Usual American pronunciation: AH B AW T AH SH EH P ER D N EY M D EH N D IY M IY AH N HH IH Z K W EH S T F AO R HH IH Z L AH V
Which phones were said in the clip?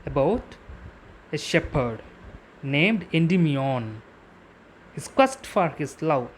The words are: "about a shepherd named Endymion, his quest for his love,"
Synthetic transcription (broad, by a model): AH B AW T AH SH EH P ER D N EY M D EH N D IY M IY AH N HH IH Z K W EH S T F AO R HH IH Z L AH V